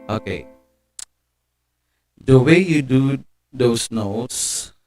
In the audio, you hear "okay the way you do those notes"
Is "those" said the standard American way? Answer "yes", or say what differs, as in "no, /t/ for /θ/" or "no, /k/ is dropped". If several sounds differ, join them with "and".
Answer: no, /s/ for /z/